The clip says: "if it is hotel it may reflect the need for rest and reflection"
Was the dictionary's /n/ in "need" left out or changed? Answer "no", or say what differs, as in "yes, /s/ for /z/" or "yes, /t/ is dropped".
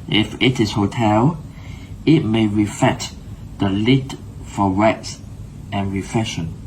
yes, /l/ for /n/